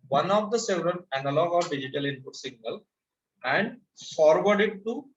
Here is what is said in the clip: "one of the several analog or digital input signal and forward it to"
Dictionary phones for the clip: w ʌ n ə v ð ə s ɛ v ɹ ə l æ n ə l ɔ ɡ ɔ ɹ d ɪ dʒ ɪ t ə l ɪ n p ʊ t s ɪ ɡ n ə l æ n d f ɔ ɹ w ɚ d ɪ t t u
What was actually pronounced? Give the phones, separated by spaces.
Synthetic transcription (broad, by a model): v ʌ n ə v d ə s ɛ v ɹ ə n æ n ə l ɔ ɡ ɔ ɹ d ɪ dʒ ɪ t ə l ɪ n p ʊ t s ɪ ɡ n ə l æ n d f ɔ ɹ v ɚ d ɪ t t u